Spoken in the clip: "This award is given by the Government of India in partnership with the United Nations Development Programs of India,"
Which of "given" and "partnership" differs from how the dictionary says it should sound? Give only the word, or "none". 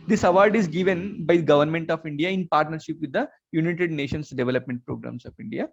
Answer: none